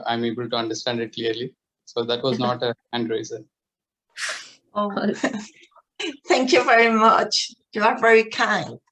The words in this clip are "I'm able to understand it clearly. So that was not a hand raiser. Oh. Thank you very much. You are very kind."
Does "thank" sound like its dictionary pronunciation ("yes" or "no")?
no